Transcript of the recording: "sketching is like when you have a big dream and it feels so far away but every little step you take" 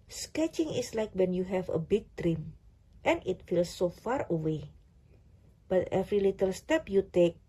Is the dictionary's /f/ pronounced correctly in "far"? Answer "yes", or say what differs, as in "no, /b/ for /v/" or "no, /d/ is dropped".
yes